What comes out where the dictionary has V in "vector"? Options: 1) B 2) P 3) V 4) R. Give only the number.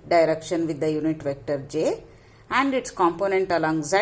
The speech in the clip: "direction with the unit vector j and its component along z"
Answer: 3